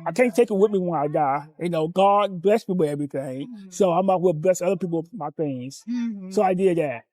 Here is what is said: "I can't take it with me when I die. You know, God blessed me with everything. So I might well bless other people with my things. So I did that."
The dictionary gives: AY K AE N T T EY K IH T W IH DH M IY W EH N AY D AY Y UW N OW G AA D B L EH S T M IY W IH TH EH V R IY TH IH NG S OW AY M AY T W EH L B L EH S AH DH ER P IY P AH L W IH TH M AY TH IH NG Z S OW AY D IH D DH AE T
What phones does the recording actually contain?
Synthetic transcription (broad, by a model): AY K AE N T T EY K IH T W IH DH M IY W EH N AY D AY Y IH N OW G AA D B L EH S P IY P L EH V R IY TH IH NG S OW AY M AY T W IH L B L EH S AH DH ER P IY P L M AY TH IH NG Z S OW AY D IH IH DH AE T